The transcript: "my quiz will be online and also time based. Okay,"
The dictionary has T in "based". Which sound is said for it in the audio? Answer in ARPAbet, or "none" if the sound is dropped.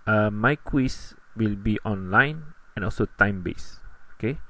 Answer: none